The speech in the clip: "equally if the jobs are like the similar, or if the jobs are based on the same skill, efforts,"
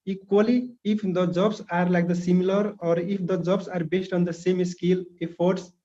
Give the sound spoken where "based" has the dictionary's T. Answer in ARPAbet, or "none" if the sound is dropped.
T